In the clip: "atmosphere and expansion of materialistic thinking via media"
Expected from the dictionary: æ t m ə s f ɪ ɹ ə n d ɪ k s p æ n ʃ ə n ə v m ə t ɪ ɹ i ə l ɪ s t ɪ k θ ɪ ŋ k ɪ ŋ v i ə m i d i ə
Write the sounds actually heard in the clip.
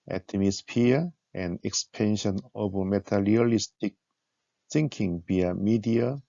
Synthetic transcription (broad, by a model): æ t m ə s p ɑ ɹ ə n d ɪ k s p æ n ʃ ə n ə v m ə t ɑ l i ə l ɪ s t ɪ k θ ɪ ŋ k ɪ ŋ b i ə m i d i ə